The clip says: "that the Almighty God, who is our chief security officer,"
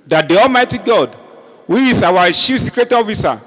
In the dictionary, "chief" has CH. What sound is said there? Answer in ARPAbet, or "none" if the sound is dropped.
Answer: SH